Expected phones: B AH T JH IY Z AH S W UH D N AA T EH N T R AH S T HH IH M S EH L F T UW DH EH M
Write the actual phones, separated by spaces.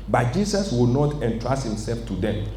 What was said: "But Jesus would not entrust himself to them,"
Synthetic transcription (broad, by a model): B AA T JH IY S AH S W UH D N AA T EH N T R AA S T HH IH M S EH L F T UW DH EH M